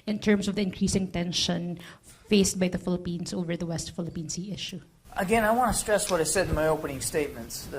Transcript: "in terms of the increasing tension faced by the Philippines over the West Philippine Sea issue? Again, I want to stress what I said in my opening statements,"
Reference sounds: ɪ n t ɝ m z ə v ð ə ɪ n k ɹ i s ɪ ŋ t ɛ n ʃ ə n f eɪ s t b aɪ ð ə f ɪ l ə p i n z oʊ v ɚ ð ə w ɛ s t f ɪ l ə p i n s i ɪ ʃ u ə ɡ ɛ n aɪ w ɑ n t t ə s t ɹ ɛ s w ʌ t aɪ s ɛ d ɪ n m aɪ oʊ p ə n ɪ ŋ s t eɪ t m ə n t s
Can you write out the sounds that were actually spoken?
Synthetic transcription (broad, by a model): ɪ n t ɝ m s ə v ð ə ɪ n k ɹ i s ɪ ŋ t ɛ n ʃ ə n f eɪ s t b aɪ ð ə f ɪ l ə p i n s oʊ v ɚ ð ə w ɛ s t f ɪ l ə p i n s i ɪ ʃ u ə ɡ ɛ n aɪ w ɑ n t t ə s t ɹ ɛ s w ʌ t aɪ s ɛ d ɪ n m aɪ oʊ p ə n ɪ ŋ s t eɪ t m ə n t s